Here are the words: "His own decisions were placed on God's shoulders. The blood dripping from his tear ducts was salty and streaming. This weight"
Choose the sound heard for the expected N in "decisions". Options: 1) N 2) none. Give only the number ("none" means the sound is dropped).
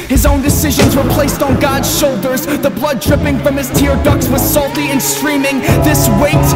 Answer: 1